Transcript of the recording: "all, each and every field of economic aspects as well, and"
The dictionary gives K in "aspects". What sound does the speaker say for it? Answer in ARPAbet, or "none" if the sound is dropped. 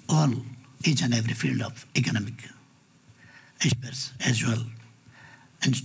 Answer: none